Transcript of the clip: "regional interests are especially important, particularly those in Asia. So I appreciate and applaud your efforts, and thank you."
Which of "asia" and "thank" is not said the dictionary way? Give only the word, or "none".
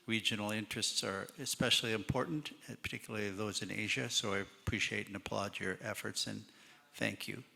none